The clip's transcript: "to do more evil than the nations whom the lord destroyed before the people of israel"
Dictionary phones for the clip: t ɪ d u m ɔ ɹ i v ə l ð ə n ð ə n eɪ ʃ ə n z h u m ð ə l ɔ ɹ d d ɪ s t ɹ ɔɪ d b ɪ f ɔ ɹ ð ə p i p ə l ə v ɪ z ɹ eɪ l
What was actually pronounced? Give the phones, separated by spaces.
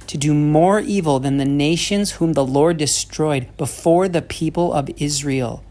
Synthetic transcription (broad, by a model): t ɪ d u m ɔ ɹ i v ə l ð ə n ð ə n eɪ ʃ ə n z h u m ð ə l ɔ ɹ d d ɪ s t ɹ ɔɪ d b ɪ f ɔ ɹ ð ə p i p ə l ə v ɪ z ɹ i l